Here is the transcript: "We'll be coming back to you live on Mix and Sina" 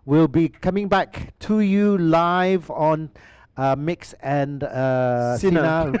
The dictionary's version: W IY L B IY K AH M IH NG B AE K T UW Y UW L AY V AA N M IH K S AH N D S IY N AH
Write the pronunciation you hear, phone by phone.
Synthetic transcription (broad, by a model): W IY L B IY K AH M IH NG B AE K T UW Y UW L AY V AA N M IH K S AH N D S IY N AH